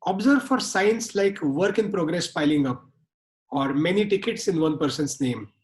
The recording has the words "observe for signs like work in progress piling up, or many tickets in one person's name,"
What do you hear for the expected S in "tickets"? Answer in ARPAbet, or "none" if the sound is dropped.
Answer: S